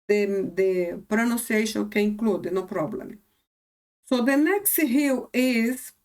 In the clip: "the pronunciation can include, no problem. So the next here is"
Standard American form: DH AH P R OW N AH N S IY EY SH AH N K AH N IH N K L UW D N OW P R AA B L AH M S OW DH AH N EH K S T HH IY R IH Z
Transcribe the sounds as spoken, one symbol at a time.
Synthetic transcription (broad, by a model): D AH P R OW N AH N S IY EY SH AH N K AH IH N K L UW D N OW P R AA B L AH M S OW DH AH N EH K S T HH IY W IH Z